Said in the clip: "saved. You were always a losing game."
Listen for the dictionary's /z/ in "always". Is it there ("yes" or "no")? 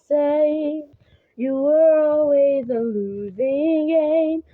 yes